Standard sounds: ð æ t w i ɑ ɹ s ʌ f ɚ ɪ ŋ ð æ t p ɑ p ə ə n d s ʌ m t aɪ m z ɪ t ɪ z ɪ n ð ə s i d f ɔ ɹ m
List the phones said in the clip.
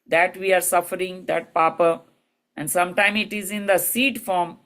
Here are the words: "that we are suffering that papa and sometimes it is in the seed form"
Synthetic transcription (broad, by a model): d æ t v i ɑ ɹ s ʌ f ɚ ɪ ŋ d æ t p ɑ p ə ə n d s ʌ m t aɪ m ɪ t ɪ z ɪ n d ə s i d f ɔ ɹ m